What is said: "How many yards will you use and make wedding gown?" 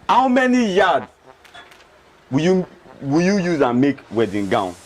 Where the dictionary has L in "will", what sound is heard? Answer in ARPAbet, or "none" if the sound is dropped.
W